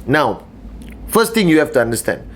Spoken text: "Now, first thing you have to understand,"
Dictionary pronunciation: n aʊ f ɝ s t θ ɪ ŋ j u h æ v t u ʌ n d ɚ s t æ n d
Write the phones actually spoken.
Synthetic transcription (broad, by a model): n aʊ f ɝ s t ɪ ŋ j u h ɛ f t u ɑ n d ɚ s t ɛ n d